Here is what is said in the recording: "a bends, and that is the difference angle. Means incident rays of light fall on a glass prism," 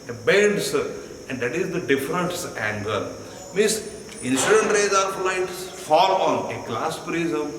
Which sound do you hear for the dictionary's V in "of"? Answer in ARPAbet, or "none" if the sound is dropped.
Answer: P